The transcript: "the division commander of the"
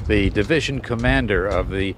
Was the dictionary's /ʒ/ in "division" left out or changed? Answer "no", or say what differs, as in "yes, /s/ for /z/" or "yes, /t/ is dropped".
no